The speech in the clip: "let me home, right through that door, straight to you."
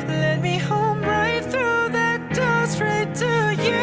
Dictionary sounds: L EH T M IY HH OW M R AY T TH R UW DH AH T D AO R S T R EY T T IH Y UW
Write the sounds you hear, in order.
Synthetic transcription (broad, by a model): L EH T M IY HH OW M R AY T TH R UW DH AH T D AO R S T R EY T T IH Y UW